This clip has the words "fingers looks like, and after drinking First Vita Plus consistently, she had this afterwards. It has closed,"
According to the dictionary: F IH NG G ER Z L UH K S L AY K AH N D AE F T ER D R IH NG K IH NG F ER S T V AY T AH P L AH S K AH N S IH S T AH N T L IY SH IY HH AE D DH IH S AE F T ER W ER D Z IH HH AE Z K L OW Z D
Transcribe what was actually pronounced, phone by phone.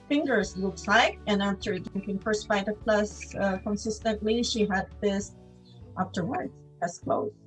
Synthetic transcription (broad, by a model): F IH NG G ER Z L UH K S L AY K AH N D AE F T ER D IH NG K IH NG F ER S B AY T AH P L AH S K AH N S IH S T AH N T L IY SH IY HH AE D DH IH S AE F T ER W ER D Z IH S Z K L OW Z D